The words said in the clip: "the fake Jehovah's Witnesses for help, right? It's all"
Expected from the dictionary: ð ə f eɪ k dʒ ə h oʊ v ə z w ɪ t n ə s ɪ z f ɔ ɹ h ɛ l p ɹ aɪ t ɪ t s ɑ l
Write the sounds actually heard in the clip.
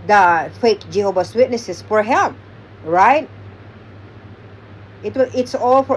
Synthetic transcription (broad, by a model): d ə f eɪ k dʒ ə h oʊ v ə s w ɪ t n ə s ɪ s f ɔ ɹ h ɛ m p ɹ aɪ t ɪ t s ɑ l